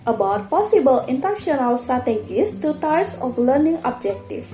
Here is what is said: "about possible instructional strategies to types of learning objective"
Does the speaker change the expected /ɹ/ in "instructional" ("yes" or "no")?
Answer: yes